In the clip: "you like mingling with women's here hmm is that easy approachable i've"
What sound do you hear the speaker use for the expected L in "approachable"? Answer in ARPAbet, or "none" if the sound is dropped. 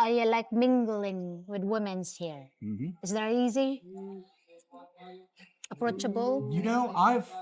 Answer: N